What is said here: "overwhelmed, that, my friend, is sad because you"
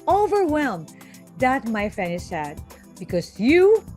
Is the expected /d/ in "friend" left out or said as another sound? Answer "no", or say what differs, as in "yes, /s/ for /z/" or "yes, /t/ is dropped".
yes, /d/ is dropped